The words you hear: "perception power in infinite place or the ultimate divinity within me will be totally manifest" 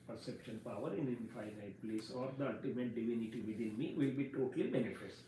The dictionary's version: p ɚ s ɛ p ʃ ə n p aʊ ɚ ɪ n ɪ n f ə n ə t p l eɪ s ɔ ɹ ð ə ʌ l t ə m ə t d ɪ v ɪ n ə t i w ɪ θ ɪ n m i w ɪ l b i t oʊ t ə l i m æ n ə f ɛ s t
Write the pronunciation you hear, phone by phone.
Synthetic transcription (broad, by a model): p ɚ s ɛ p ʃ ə n p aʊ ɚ ɪ n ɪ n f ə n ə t p l eɪ s ɔ ɹ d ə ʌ t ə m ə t d ɪ v ɪ n ə t i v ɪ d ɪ n m i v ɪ l b i t oʊ t ə l i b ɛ n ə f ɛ s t